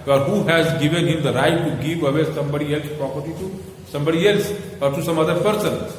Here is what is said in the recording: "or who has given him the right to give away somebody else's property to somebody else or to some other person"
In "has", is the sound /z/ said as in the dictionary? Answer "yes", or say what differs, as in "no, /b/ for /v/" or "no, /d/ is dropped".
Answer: yes